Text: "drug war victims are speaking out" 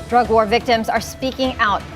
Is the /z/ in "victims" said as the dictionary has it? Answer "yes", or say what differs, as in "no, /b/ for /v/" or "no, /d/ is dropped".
yes